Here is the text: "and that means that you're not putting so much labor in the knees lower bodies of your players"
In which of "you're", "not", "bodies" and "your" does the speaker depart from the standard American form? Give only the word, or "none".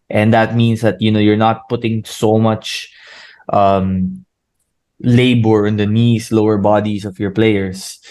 bodies